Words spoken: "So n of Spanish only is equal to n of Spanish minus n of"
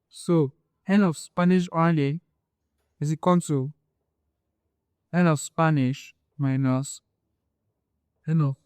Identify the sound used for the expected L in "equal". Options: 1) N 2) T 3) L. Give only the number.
1